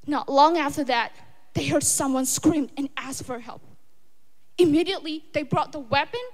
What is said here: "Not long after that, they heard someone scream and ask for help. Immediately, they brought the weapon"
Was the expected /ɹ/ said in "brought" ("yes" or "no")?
yes